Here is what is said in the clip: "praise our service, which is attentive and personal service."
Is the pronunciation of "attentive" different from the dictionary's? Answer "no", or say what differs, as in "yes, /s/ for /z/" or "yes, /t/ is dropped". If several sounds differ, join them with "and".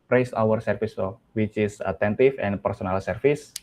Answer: yes, /f/ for /v/